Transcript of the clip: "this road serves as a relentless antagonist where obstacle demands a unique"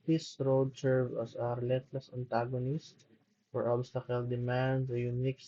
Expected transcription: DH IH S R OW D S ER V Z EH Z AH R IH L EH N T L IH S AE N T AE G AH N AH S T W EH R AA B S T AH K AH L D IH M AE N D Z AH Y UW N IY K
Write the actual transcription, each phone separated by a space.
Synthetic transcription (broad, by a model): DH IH S R OW D S ER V AH S AH R IH L EH N T L IH S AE N T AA G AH N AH S T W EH R AA B S T AH K AH L D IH M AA N D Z AH Y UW N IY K